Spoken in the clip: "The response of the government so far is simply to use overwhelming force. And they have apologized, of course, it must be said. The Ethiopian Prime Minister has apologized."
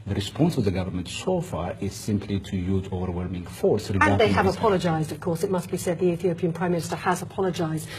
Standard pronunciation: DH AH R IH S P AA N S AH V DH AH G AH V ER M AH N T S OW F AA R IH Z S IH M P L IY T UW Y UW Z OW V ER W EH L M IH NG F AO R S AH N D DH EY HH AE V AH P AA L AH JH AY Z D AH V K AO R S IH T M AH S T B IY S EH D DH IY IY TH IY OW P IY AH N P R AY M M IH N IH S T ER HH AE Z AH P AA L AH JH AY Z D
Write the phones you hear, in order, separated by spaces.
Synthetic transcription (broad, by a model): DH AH R IH S P AA N S AH V DH AH G AH V ER M AH N T S OW F AA R IH Z S IH M P L IY T UW Y UW Z OW V ER W EH L M IH NG F AO R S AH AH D DH EY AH V AH P AA L AH JH AY Z D AH V K AO R S IH T M AH S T B IY S EH D DH IY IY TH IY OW P IY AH N P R AY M M IH N IH S T ER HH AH Z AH P AA L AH JH AY Z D